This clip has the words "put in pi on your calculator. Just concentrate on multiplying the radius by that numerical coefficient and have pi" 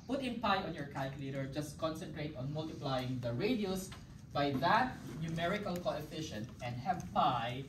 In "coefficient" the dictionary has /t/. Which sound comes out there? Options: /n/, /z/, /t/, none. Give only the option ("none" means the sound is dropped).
/t/